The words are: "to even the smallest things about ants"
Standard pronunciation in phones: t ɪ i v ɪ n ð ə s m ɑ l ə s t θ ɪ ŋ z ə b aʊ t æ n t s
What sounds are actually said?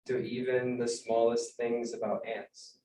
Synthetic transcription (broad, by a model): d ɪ i v ɪ n ð ə s m ɑ l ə s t θ ɪ ŋ z ə b aʊ t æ n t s